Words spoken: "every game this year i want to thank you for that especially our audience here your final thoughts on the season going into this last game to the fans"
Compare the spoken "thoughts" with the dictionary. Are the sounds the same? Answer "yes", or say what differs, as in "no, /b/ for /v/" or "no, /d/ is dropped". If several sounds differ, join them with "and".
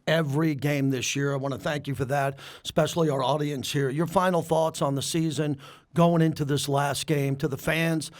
yes